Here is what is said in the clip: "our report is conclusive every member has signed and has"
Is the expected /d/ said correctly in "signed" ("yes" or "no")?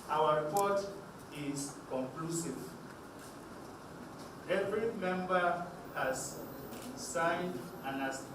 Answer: yes